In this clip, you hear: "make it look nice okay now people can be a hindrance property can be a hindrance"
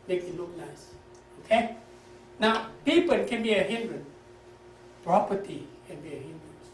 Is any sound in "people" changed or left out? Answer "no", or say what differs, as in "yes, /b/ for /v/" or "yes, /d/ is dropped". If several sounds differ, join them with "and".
yes, /n/ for /l/